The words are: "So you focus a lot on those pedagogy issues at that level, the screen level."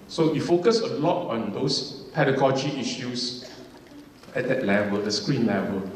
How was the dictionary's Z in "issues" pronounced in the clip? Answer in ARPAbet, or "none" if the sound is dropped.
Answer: S